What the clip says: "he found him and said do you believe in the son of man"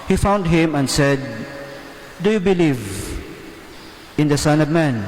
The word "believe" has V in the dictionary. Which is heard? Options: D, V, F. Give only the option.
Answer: V